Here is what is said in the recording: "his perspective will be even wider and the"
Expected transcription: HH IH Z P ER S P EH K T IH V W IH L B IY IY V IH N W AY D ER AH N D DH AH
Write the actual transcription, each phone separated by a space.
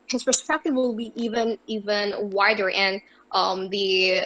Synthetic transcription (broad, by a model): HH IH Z P ER S P EH K T IH V W IH L B IY IY V IH N W AY D ER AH N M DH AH